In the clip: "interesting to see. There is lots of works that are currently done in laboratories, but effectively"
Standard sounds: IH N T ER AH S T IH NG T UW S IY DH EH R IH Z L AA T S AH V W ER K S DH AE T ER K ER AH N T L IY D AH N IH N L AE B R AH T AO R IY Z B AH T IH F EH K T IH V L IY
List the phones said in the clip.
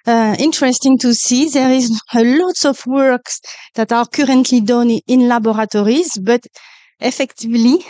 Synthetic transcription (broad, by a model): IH N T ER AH S T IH NG T UW S IY DH EH R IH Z L AA T S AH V W ER K S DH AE T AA K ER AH N T L IY D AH N IH N L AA B R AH T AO R IY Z B AH T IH F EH K T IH V L IY